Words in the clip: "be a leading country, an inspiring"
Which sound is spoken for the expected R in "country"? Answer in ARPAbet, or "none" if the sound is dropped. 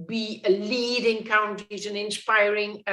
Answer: none